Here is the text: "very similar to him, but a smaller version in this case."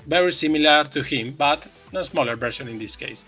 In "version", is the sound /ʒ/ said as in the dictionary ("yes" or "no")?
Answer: no